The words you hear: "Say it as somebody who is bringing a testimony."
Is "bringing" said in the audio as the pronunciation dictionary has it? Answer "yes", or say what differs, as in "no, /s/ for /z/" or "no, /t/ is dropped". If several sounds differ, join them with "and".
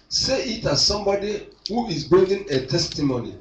no, /ɹ/ is dropped